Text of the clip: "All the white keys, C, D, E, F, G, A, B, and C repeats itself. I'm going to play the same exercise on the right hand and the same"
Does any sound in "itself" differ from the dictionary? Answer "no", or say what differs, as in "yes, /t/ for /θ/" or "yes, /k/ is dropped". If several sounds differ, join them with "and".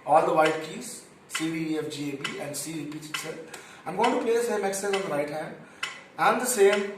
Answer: yes, /f/ is dropped